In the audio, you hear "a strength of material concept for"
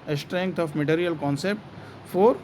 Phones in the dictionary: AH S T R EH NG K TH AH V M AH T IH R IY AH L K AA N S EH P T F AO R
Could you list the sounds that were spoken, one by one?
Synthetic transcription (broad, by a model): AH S T R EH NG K T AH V M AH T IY R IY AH L K AA N S EH P T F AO R